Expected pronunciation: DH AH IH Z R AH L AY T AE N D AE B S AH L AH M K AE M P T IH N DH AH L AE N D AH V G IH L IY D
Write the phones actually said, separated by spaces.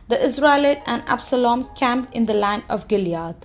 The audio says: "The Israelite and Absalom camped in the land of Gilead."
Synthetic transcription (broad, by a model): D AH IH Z R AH L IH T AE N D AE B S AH L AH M K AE M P IH N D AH L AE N AH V G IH L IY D